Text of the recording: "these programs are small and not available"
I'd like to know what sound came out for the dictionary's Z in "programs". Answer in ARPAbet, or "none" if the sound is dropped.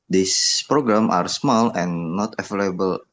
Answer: none